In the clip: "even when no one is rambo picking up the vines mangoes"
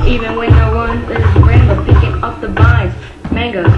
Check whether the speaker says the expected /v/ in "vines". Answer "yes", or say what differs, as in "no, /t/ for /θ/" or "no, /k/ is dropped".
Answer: no, /b/ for /v/